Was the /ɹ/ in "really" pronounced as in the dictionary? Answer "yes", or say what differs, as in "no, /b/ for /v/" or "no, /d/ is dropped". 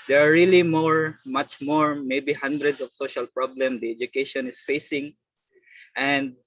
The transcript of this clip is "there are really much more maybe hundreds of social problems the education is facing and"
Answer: no, /l/ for /ɹ/